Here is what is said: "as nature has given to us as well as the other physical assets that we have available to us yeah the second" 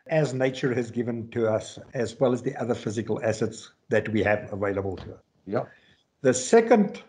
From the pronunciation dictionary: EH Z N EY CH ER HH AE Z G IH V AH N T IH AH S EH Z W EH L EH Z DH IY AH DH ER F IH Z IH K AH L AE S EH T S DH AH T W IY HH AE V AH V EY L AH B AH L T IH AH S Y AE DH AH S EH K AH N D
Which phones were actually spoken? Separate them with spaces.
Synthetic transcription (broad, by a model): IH Z N EY CH ER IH Z G IH V AH N T IH AH S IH Z W EH L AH Z DH IY AH DH ER F IH Z IH K AH L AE S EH T S DH AH T W IY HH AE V AH V EY L AH B AH L T IH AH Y DH AH S EH K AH N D